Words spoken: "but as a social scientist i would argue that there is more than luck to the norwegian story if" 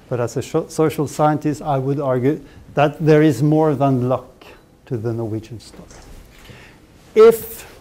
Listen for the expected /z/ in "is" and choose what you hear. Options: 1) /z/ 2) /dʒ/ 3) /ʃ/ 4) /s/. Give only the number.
1